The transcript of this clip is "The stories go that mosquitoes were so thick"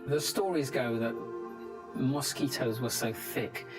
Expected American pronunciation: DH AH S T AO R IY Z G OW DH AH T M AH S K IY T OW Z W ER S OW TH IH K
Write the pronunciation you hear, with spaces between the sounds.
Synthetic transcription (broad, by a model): DH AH S T AO R IY Z G OW DH AH T M AH S K IY T OW Z W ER S OW TH IH K